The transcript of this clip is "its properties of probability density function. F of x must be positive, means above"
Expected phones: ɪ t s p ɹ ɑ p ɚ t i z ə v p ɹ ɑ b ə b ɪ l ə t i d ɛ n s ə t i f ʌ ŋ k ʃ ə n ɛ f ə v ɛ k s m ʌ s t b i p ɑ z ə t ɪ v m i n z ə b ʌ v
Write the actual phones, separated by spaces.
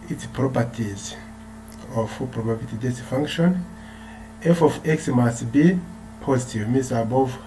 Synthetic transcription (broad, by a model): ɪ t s p ɹ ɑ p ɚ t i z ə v p ɹ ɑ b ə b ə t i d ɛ s f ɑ ŋ k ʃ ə n ɛ f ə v ɛ k s m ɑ s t b i p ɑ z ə t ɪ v m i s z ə b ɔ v